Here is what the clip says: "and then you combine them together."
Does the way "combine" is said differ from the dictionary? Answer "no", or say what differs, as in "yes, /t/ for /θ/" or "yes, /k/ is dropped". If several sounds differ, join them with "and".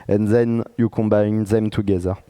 no